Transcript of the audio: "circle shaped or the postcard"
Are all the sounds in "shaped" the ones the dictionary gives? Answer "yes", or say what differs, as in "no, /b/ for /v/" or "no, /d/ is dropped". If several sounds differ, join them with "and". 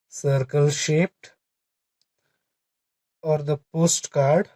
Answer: yes